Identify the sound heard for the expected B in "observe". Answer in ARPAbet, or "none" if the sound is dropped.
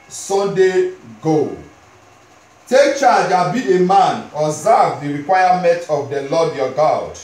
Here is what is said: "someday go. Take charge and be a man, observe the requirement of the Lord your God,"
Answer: none